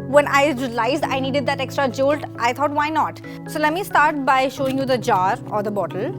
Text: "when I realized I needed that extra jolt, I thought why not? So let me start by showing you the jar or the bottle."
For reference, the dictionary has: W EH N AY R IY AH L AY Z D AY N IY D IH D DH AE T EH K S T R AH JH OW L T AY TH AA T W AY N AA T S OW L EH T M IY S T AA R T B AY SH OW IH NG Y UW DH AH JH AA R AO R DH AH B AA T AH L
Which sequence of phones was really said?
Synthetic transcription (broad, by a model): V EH N AY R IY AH L AY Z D AY N IY D IH D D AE T EH K S T R AH JH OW L T AY T AA T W AY N AA T S OW L EH T M IY S T AA R T B AY SH OW IH NG Y UW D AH JH AA R AO R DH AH B AA T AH L